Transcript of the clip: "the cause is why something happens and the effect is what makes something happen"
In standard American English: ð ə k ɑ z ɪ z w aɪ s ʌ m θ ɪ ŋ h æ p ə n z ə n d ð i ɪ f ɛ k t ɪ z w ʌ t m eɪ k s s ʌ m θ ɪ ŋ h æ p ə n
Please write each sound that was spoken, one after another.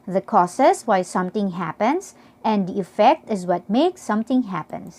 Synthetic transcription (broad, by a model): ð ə k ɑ s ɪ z w aɪ s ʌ m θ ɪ ŋ h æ p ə n s ə n d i ɪ f ɛ k t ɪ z w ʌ t m eɪ k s s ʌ m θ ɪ ŋ h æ p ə n